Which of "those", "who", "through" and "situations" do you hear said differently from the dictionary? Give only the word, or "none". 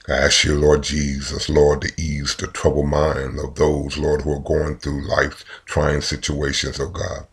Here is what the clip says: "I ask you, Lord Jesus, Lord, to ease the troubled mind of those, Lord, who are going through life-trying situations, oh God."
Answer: none